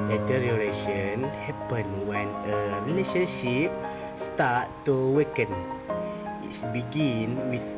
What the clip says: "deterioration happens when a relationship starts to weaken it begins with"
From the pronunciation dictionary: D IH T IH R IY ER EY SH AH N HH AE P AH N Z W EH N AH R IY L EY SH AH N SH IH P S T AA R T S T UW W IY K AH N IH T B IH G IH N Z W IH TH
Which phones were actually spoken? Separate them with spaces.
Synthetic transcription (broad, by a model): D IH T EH R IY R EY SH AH N HH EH P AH N W EH N AH R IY L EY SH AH N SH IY P S T AA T T UW W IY K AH N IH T B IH G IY N W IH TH